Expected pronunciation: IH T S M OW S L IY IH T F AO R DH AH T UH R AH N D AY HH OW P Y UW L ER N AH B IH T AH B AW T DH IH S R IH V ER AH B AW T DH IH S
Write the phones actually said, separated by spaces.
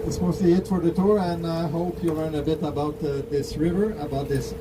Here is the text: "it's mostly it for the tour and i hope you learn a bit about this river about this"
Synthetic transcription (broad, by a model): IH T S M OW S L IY IH T F AO R DH AH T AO R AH N AY HH OW P Y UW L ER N AH B IH T AH B AW T DH IH S R IH V ER AH B AW T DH IH S